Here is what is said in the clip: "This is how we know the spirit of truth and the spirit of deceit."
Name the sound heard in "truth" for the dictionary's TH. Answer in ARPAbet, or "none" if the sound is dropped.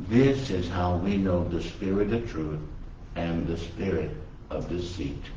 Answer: TH